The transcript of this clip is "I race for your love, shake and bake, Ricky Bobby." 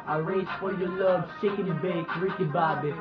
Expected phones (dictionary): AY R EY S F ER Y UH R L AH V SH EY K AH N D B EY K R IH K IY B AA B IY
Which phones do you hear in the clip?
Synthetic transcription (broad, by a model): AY R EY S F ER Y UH L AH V S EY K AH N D B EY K R IH K IY B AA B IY